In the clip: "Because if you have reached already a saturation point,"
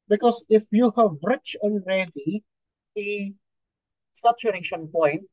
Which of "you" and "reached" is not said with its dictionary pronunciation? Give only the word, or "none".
reached